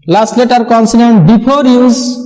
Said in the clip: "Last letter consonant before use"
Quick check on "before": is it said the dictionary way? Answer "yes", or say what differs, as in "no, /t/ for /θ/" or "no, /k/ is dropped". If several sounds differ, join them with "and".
no, /p/ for /f/